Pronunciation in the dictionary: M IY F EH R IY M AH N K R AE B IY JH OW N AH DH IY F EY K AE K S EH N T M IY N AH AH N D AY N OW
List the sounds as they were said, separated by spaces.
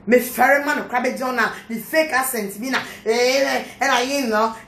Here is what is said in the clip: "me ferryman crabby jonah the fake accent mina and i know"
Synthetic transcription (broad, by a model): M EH F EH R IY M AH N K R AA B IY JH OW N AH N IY F EY K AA S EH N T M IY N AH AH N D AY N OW